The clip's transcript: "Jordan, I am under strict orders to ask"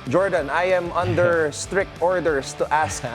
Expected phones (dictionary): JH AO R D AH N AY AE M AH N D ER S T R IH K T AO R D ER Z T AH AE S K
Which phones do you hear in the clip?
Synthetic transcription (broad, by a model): JH AO R D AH N AY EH M AH N D ER S T R IH K T AO R D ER S T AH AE S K